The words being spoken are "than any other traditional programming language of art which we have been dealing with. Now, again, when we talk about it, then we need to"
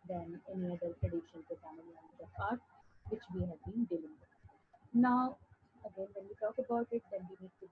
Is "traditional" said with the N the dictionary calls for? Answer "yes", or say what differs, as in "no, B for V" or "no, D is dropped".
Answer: no, N is dropped